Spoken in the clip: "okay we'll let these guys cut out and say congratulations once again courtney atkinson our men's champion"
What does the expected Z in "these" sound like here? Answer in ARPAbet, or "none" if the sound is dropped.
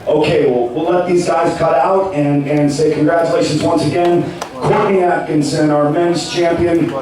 Z